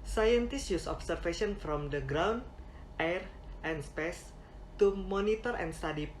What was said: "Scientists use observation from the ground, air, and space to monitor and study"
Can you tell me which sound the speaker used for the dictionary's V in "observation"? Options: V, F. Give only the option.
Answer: F